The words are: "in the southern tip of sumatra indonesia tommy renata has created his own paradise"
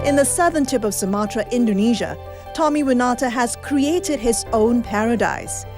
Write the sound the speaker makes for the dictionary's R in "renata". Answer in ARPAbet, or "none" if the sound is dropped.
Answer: W